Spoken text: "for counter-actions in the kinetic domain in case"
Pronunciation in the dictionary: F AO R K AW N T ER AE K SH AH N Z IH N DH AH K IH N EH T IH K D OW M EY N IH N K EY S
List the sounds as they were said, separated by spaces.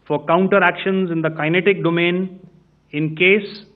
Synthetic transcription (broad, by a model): F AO R K AW N T ER AE K SH AH N Z IH N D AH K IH N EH T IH K D OW M EY N IH N K EY S